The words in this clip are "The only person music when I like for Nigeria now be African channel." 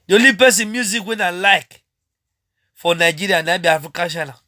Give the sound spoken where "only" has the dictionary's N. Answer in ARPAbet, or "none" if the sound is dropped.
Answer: none